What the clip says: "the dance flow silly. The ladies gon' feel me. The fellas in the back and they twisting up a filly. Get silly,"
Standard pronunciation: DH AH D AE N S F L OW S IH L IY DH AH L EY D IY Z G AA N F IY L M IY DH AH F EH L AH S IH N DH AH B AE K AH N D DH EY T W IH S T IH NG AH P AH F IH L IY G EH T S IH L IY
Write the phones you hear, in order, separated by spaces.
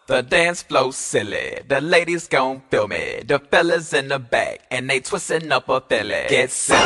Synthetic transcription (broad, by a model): DH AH D AE N S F L OW S IH L IY DH AH L EY D IY Z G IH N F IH L M IY DH AH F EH L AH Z IH N DH AH B AE K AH N DH EY T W IH S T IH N AH P AH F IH L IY G EH T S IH